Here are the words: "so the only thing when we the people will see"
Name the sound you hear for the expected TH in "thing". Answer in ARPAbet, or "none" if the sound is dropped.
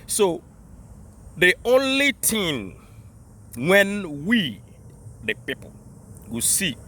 T